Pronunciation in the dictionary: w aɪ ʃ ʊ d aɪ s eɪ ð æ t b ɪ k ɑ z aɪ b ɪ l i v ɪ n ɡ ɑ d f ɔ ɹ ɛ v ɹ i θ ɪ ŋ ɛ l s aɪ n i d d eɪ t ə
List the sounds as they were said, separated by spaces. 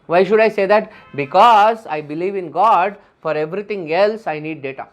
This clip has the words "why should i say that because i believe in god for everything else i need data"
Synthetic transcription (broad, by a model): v aɪ ʃ ʊ d aɪ s eɪ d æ t b ɪ k ɑ z aɪ b ɪ l i v ɪ n ɡ ɑ d f ɔ ɹ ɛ v ɹ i t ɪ ŋ ɛ l s aɪ n i d d eɪ t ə